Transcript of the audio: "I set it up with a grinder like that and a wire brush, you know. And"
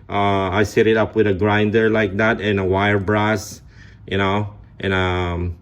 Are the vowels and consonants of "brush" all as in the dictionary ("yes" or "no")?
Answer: no